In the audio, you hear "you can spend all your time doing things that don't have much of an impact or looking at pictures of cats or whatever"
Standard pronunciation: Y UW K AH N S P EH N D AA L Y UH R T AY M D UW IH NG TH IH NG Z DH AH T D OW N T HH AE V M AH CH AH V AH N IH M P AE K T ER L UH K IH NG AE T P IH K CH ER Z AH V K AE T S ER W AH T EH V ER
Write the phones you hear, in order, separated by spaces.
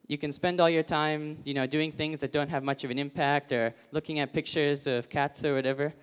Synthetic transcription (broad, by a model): Y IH K AH N S P EH N D AA L Y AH R T AY M D UW IH NG TH IH NG Z DH AH T D OW N T HH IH V M AH CH AH V AH N IH M P AE K T ER L UH K IH NG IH T P IH K CH ER Z AH V K AE T S ER W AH T EH V ER